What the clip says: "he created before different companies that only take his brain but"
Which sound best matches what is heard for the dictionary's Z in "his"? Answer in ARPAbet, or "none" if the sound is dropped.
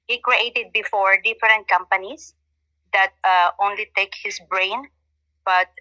S